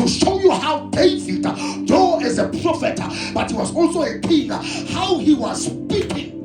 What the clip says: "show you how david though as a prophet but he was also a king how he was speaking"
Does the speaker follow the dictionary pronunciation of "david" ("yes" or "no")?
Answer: no